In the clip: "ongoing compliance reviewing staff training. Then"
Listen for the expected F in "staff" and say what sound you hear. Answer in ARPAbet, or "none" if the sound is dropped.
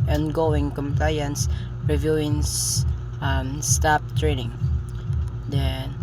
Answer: P